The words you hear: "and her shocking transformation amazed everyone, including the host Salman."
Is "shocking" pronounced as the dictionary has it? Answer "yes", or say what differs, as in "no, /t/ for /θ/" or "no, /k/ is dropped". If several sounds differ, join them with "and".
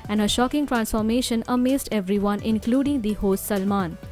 yes